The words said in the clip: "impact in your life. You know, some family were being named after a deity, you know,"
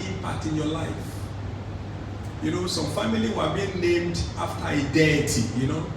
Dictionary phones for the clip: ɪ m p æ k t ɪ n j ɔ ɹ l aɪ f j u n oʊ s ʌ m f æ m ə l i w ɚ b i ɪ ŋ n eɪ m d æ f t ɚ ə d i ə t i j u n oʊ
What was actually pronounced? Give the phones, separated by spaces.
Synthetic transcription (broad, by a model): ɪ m p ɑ k t ɪ n j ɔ l aɪ f j u n oʊ s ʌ m f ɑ m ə l i w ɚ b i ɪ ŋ n eɪ m d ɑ f t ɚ ə d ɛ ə t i j u n oʊ